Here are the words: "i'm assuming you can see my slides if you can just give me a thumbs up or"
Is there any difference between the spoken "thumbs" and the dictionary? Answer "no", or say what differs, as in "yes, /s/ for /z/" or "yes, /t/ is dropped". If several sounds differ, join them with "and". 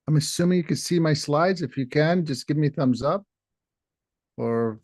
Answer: no